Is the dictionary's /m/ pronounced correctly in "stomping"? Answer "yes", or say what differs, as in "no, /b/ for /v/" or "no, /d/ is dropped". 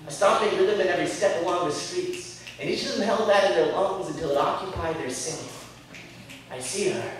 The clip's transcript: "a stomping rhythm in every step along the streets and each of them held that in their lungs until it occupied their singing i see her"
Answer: no, /m/ is dropped